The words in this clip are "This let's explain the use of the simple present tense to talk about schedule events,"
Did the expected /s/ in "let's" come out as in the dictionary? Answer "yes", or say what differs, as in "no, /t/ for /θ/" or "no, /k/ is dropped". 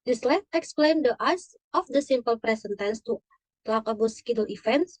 no, /s/ is dropped